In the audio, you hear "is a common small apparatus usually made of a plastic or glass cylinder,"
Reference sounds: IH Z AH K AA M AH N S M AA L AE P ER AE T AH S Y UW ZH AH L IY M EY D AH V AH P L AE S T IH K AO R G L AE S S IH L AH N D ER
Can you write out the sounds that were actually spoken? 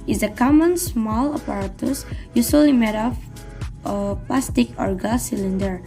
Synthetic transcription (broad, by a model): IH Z AH K AA M AH N S M AA L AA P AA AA T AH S Y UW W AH L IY M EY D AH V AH P L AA S T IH K AO R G AA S S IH L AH N D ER